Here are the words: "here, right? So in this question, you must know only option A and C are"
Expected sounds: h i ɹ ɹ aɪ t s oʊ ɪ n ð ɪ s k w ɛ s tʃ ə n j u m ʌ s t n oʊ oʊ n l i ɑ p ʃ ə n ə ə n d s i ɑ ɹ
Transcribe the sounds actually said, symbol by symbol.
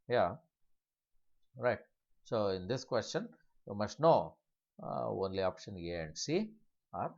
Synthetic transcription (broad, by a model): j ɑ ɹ ɹ aɪ t s oʊ ɪ n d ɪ s k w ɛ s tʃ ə n j u m ʌ s t n oʊ oʊ n l i ɑ p ʃ ə n ə ə n d s i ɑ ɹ